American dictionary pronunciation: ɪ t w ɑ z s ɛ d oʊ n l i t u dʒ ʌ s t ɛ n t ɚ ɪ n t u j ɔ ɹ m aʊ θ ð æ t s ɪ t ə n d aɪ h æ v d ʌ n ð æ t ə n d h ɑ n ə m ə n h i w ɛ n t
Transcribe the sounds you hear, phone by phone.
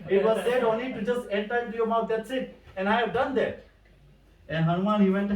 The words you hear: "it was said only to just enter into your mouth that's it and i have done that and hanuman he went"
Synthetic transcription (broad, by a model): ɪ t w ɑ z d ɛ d oʊ n l i t u dʒ ʌ s t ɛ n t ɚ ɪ t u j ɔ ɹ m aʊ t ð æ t s ɪ t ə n aɪ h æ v d ʌ n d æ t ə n h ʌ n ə m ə n h i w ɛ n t